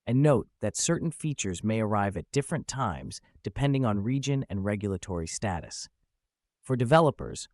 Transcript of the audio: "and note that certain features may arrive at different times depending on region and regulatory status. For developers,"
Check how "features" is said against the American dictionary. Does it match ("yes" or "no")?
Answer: yes